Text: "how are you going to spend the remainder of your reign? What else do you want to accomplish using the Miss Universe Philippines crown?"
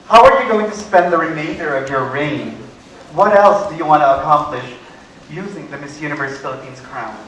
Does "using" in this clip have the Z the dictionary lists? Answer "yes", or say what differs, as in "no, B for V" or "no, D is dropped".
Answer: yes